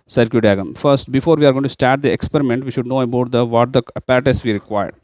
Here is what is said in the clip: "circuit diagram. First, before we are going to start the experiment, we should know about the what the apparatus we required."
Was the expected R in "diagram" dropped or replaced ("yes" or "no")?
yes